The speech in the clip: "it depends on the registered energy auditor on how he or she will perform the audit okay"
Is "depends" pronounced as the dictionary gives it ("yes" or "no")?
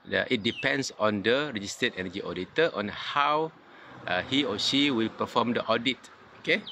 no